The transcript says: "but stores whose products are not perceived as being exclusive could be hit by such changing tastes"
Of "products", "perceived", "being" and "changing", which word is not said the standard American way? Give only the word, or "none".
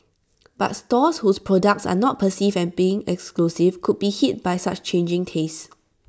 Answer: perceived